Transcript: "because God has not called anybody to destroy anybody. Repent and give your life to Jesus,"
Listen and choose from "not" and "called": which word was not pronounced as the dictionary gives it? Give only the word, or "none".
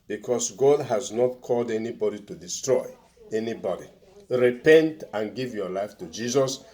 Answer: none